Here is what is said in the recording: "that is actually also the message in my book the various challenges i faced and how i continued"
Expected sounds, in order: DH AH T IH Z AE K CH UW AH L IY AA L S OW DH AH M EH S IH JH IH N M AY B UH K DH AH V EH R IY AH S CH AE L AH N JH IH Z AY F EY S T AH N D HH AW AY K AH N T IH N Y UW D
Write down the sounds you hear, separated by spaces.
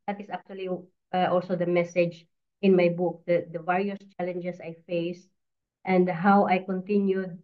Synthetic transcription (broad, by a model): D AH T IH S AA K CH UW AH L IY AA L S OW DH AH M EH S IH JH IH N M AY B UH K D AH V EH R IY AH S CH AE L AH N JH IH S AY F EY S T AH N D HH AW AY K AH N T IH N Y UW D